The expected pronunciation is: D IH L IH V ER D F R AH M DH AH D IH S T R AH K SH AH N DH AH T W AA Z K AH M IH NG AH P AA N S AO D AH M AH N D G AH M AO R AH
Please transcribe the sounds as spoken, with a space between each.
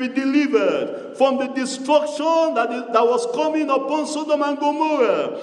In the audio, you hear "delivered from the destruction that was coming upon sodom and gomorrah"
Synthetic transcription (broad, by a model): D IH L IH V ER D F R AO M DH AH D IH S T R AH K SH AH N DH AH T W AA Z K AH M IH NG AH P AA N S AO D AH M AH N G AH M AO R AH